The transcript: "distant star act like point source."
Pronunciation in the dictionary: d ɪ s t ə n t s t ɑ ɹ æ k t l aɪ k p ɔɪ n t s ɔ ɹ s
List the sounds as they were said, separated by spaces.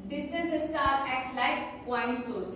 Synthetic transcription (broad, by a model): d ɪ s t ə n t s t ɑ ɹ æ t l aɪ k p ɔɪ n t s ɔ ɹ s